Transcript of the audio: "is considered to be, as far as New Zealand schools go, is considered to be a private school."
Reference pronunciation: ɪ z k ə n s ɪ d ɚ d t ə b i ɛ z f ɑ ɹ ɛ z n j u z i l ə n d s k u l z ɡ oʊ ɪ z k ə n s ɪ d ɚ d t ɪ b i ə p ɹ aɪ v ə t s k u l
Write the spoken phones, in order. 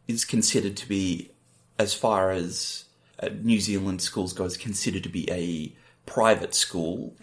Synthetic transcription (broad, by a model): ɪ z k n s ɪ d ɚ d t ə b i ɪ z f ɑ ɹ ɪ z n j u z i l ə n d s k u l z ɡ oʊ ɪ z k n s ɪ d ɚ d t ɪ b i ə p ɹ aɪ v ə t s k u l